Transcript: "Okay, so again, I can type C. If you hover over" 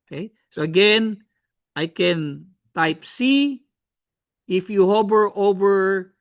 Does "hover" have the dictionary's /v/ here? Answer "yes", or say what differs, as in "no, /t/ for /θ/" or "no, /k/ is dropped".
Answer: no, /b/ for /v/